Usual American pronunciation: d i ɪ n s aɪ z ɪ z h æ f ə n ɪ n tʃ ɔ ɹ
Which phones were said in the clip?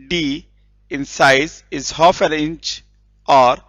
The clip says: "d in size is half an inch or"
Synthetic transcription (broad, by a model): d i ɪ n s aɪ z ɪ z h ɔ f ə l ɪ n tʃ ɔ ɹ